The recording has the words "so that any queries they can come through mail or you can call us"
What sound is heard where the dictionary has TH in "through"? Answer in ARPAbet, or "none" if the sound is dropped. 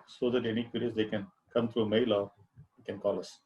T